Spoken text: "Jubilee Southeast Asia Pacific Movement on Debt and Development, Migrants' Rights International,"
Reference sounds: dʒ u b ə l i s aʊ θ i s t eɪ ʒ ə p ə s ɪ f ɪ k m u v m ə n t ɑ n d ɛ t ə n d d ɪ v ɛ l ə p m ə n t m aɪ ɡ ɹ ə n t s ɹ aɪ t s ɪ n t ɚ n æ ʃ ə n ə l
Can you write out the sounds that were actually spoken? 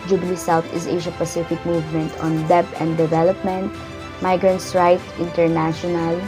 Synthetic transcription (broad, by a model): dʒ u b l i s aʊ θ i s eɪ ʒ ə p ə s ɪ f ɪ k m u v m ə n t ɑ n d ɛ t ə n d d ɪ v ɛ l ə p m ə n t m aɪ ɡ ɹ ə n t s ɹ aɪ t ɪ n t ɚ n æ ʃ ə n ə l